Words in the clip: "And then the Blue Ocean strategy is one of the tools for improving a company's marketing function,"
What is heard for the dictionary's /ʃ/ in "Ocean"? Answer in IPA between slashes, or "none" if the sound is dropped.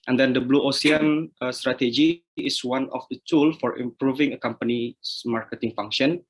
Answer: /s/